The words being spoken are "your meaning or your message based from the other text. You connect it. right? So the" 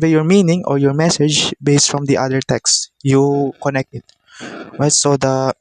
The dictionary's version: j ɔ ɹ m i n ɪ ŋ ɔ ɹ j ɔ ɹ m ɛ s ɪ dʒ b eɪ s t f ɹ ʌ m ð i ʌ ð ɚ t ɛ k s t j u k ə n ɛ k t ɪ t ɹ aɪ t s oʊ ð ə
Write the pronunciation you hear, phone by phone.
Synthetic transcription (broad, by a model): j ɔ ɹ m i n ɪ ŋ ɔ ɹ j ɔ ɹ m ɛ s ɪ dʒ b eɪ s t f ɹ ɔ m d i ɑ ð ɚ t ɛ k s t j u k ə n ɛ k t ɪ t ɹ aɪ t s oʊ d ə